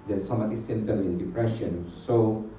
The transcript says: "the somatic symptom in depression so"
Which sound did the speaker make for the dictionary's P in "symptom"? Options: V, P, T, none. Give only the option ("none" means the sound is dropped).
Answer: none